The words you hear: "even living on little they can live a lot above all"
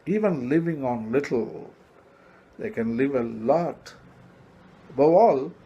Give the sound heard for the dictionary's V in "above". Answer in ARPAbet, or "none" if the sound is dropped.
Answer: none